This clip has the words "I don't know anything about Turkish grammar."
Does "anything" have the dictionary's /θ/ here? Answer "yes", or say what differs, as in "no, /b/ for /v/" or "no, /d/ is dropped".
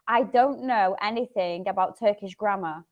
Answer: yes